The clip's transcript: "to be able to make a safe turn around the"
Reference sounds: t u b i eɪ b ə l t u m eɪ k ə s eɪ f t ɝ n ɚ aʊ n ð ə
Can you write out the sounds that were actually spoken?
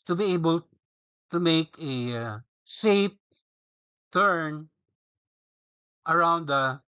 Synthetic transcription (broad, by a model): t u b i eɪ b ə l t u m eɪ k ə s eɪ p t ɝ n ɚ aʊ n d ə